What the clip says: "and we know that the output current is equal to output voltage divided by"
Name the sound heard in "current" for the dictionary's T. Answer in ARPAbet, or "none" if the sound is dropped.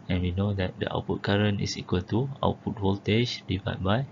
none